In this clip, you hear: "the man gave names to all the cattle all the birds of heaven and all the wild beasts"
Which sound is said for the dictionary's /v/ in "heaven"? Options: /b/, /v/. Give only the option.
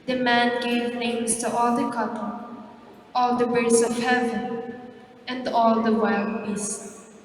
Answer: /v/